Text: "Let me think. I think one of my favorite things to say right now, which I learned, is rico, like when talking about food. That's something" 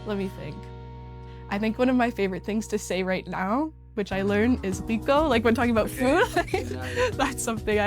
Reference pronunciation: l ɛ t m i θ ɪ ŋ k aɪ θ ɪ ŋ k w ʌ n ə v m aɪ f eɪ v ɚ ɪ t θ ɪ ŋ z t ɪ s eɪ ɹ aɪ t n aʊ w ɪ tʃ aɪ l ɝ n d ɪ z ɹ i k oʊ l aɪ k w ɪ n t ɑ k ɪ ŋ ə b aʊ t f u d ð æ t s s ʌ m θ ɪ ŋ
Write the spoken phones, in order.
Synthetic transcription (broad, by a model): l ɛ t m i θ ɪ ŋ k aɪ θ ɪ ŋ k w ʌ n ə v m aɪ f eɪ v ɚ ɪ t θ ɪ ŋ z t ɪ s eɪ ɹ aɪ t n aʊ w ɪ tʃ aɪ l ɝ n ɪ z w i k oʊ l aɪ k w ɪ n t ɑ k ɪ ŋ ə b aʊ t f u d ð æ t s s ʌ m θ ɪ ŋ